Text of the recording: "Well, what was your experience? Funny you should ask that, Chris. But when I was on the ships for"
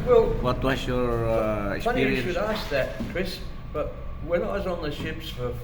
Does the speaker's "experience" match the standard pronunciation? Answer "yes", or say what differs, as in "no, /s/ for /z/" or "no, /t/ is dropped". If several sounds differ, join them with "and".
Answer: no, /f/ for /p/